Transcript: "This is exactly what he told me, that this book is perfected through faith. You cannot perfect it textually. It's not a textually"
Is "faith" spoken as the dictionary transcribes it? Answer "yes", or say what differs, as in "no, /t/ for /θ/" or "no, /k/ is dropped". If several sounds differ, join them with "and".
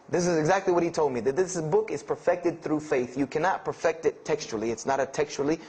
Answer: yes